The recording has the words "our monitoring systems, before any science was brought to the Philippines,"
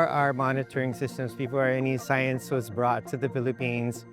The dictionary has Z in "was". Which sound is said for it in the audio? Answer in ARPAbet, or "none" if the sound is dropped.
Z